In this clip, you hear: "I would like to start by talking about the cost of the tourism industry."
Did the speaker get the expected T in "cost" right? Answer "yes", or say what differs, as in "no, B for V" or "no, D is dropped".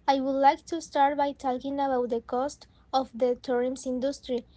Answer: yes